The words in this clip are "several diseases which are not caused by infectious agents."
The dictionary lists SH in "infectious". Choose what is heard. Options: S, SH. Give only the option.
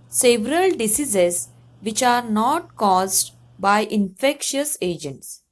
SH